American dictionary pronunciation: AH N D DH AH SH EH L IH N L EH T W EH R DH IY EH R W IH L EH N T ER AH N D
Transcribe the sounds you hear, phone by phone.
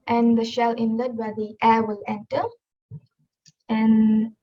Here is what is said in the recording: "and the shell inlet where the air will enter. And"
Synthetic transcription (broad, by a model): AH N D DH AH SH EH L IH N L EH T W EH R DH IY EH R W IH L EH N T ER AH N